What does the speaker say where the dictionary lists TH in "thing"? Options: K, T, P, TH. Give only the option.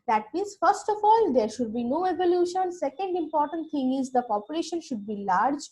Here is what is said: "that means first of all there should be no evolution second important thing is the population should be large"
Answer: T